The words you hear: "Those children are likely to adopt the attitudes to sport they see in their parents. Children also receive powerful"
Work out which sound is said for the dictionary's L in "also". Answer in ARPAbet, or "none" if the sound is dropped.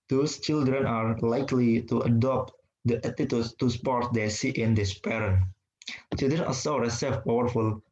none